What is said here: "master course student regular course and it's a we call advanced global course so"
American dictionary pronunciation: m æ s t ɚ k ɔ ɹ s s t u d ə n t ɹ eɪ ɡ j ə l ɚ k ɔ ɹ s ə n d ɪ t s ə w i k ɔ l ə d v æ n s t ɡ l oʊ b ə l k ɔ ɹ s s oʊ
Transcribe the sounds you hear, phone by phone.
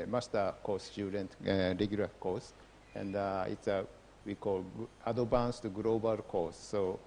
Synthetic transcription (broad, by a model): m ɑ s t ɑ k ɔ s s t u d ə n t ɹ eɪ ɡ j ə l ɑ k ɔ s ə n d ɪ t s ə w i k ɔ l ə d b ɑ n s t ɡ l oʊ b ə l k ɔ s s oʊ